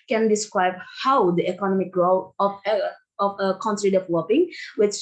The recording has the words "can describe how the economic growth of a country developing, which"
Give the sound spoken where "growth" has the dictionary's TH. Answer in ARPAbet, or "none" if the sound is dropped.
F